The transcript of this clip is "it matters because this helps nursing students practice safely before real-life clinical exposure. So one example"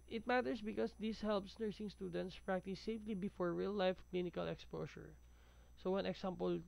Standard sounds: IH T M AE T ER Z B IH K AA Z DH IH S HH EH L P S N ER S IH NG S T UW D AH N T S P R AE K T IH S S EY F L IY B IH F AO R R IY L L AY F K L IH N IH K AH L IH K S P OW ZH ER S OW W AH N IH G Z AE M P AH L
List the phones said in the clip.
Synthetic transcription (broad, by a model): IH T M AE T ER S B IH K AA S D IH S HH EH L P S N ER S IH NG S T UW D AH N T S P R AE K T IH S S EY F L IY B IH F AO R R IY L L AY F K L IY N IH K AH L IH K S P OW S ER S OW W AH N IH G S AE M P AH L